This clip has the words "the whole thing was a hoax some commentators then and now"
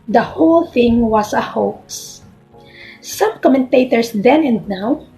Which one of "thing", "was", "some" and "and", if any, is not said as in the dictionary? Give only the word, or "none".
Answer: was